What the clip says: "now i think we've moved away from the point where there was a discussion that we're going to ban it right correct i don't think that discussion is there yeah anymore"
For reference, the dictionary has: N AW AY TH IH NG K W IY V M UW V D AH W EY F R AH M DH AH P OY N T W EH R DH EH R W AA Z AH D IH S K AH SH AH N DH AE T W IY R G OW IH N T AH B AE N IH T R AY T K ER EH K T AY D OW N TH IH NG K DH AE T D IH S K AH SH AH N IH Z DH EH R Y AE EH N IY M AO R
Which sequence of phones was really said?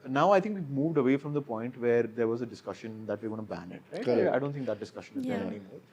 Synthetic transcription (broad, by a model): N AW AY T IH NG K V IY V M UW V D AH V EY F R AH M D AH P OY N T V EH R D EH R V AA Z AH D IH S K AH SH AH N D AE T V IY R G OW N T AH B AE N IH T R AY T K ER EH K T AY D OW N T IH NG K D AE T D IH S K AH SH AH N IH Z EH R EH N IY M AO R